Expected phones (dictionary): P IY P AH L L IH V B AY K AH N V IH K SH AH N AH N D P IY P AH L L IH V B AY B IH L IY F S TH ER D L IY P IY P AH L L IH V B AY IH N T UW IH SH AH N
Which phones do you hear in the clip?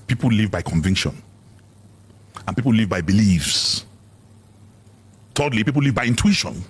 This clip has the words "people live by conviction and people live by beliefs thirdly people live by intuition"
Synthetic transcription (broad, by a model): P IY P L L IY V B AY K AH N V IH K SH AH N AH N P IY P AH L L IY V B AY B IH L IY F S T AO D L IY P IY P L L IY V B AY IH N T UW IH SH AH N